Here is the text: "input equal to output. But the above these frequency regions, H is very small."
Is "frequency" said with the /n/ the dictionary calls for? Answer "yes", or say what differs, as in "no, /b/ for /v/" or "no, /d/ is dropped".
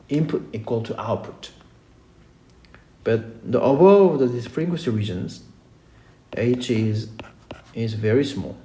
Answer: no, /n/ is dropped